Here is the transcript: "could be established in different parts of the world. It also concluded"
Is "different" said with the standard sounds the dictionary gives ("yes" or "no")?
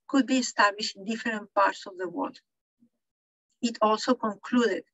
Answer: no